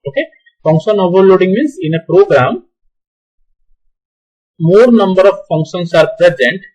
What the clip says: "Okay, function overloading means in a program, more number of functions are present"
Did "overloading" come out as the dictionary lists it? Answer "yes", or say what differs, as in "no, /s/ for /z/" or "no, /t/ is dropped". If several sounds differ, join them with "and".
yes